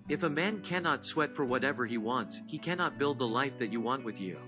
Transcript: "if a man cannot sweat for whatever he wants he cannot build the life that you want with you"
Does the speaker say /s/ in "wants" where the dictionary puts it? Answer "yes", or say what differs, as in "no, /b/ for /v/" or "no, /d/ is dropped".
yes